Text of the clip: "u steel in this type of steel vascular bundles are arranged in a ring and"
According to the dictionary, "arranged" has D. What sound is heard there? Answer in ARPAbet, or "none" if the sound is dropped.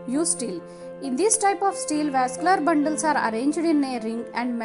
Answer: D